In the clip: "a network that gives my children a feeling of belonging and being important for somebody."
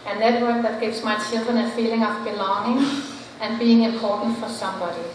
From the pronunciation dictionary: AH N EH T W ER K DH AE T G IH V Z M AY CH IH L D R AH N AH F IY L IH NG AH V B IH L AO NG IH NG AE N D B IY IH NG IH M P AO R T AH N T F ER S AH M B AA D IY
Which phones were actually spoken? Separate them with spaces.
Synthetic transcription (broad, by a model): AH N EH T W ER K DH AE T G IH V S M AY S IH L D AH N AH F IY L IH NG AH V B IH L AO NG IH NG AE N B IY IH NG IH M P AO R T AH N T F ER S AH M B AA D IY